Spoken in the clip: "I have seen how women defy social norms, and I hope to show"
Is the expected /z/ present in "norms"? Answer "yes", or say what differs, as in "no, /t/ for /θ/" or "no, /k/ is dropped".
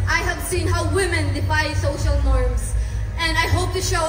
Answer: no, /s/ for /z/